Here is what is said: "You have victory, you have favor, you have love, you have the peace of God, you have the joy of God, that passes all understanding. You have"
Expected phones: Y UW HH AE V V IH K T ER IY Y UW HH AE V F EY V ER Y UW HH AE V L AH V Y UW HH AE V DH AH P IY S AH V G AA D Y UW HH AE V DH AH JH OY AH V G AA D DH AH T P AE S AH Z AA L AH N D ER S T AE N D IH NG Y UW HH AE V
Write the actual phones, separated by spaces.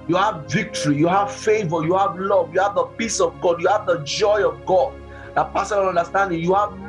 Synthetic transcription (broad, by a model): Y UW HH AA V V IH K T ER IY Y UW HH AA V F EY V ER Y UW HH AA V L AH V Y UW HH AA V DH AH P IY S AH V G AA D Y UW HH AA V DH AH JH OY AH V G AA D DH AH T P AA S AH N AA N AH N D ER S T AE N D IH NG Y UW HH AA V